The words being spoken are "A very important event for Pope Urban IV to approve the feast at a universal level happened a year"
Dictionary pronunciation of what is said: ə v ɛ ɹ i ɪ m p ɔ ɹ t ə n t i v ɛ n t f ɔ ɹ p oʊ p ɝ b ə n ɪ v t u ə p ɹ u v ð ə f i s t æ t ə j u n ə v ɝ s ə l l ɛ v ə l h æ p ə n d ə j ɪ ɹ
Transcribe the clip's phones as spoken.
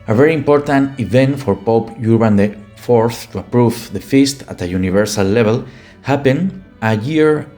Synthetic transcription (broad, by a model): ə v ɛ ɹ i ɪ m p ɔ ɹ t ə n t i v ɛ n t f ɔ ɹ p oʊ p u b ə n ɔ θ t u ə p ɹ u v ð ə f i s t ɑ t ə j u n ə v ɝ s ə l l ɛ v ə l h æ p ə n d ə j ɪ ɹ